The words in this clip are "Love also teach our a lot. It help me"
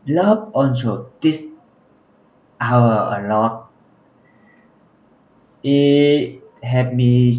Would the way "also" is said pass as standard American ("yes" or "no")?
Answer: no